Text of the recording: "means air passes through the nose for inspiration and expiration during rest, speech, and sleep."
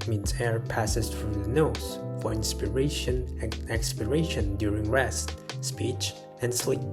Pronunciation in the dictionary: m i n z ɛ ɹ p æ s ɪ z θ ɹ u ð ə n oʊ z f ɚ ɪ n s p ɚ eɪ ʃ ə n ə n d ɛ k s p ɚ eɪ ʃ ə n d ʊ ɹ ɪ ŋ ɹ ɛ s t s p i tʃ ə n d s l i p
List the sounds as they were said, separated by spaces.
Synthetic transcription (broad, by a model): m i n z ɛ ɹ p æ s ɪ z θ ɹ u ð ə n oʊ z f ɚ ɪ n s p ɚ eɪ ə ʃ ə n ɛ k s p ɚ eɪ ʃ ə n d ʊ ɹ ɪ ŋ ɹ ɛ s t s p i tʃ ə n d s l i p